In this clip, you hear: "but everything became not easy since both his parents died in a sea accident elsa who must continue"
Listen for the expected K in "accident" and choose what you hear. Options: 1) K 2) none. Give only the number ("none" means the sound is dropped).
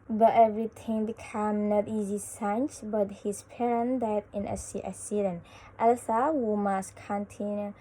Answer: 2